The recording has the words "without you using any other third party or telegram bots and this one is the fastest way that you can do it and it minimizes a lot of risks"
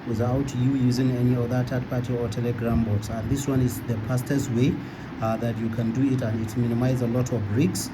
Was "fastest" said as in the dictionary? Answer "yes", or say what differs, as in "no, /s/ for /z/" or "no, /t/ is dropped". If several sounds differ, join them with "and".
no, /p/ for /f/